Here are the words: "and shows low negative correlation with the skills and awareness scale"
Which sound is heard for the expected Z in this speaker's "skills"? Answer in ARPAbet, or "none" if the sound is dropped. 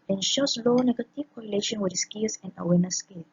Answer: S